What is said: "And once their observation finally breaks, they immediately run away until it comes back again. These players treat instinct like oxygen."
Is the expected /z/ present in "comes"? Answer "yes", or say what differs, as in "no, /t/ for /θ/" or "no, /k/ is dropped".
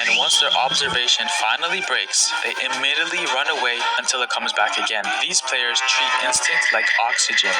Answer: yes